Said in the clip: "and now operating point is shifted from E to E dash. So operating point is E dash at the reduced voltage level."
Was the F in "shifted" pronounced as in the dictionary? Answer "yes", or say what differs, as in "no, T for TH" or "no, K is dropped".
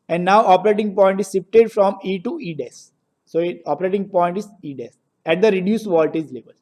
no, P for F